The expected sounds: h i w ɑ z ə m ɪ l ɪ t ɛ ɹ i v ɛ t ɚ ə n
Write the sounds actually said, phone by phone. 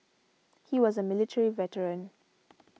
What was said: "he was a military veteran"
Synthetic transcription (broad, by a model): h i w ɑ z ə m ɪ l ɪ t ɛ ɹ i v ɛ t ɚ ə n